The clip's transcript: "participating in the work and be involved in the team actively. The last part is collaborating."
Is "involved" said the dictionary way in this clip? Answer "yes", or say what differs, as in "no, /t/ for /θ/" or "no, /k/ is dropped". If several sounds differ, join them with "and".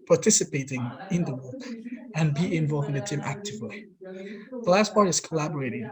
no, /d/ is dropped